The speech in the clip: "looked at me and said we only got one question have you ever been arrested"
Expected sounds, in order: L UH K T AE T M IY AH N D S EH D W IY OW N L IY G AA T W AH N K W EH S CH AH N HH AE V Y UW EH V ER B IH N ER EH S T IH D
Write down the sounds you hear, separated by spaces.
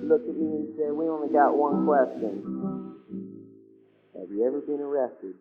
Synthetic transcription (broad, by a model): L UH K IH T M IY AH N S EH W IY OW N IY G AA T W AH N K W EH S CH AH N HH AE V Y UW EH V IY B IH N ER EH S T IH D